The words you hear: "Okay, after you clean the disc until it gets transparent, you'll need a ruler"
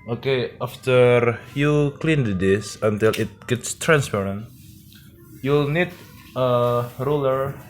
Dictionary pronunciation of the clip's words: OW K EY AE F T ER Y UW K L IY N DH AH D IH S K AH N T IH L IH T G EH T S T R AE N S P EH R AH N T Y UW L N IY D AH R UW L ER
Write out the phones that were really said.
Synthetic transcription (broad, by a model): OW K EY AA F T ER Y UW K L IY N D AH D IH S AH N T IH L IH T G EH T S T R AE N S P EH R AH N T Y UW L N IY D AH R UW L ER